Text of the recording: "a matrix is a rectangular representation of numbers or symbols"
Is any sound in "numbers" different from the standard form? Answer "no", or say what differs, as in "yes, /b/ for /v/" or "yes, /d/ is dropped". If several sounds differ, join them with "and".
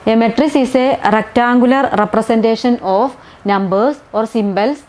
yes, /s/ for /z/